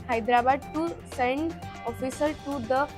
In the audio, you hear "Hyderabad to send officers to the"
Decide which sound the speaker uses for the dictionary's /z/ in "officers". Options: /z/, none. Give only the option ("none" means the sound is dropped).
none